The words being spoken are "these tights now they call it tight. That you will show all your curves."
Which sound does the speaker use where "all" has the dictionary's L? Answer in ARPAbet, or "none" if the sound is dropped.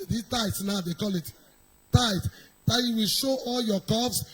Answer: L